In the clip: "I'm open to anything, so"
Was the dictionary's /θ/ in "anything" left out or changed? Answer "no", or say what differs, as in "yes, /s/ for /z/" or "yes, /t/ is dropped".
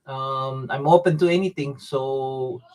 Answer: yes, /t/ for /θ/